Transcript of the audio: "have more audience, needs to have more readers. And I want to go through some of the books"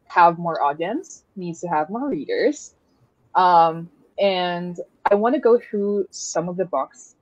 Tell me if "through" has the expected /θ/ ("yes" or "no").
yes